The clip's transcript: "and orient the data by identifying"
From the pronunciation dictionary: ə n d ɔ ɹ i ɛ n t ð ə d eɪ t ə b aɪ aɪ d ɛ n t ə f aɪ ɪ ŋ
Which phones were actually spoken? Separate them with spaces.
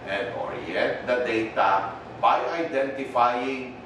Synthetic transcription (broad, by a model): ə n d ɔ ɹ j ɛ t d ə d eɪ t ə b aɪ aɪ d ɛ n t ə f aɪ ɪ ŋ